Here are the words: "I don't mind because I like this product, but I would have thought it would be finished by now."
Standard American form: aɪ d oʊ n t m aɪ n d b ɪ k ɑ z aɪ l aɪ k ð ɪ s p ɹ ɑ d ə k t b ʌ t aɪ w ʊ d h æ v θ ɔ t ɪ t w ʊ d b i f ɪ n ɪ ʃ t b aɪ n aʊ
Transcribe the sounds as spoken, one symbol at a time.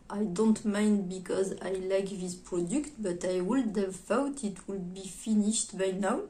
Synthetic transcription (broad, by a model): aɪ d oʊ n t m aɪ n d b ɪ k ɑ z aɪ l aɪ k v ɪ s p ɹ ɑ d ə k t b ʌ t aɪ w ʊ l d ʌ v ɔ t ɪ t w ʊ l b i f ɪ n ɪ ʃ t b aɪ n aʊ